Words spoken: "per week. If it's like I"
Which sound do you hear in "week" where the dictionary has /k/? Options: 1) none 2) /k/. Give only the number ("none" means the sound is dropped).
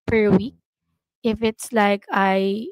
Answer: 2